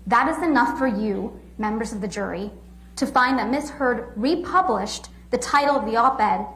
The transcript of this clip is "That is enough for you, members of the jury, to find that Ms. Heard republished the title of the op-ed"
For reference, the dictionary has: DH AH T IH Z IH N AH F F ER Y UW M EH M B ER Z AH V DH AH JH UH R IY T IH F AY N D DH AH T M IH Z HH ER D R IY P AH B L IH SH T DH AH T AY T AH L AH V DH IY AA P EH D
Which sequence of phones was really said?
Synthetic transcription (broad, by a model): DH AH T IH Z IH N AH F F ER Y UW M EH M B ER Z AH V DH AH JH UH R IY T IH F AY N DH AH T M IH S HH ER D R IY P AH B L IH SH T DH AH T AY T L AH V DH IY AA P EH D